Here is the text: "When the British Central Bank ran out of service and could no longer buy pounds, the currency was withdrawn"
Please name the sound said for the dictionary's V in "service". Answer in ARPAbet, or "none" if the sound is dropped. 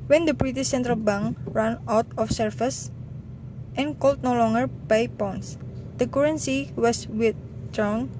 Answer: F